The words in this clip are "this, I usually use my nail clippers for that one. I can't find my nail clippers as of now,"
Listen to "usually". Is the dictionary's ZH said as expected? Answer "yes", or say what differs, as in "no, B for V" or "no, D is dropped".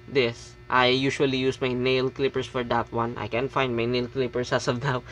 no, SH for ZH